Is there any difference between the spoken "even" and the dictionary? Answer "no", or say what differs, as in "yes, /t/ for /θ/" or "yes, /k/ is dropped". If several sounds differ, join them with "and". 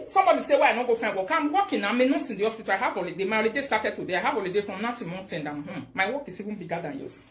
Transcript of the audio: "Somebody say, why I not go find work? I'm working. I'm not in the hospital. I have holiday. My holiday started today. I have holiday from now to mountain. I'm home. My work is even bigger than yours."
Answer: yes, /w/ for /v/